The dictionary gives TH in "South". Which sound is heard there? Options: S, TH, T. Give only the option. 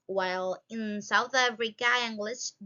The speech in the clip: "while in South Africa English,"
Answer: TH